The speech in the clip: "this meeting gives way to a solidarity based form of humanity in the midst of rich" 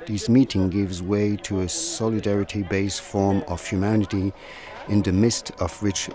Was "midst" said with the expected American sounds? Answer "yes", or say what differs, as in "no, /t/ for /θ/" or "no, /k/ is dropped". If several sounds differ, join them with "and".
yes